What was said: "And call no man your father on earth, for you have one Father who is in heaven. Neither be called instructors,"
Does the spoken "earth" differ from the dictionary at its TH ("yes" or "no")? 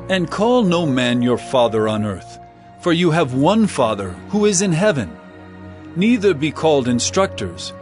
no